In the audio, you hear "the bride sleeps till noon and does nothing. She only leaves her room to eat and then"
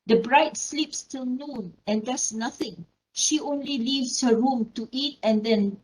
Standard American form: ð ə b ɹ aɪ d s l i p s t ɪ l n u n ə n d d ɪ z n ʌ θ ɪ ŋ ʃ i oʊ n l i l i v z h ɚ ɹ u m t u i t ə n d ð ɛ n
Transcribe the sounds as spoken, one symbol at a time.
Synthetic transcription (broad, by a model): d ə b ɹ aɪ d s l i p s t ɪ l n u n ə n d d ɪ s n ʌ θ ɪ ŋ ʃ i oʊ n l i l i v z h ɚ ɹ u m t u i t ə n d ɛ n